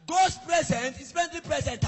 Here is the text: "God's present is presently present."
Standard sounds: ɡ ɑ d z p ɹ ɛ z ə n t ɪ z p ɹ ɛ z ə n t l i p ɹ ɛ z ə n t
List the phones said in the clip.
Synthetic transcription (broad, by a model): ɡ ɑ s p ɹ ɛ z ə n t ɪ s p ɛ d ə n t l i p ɹ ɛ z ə n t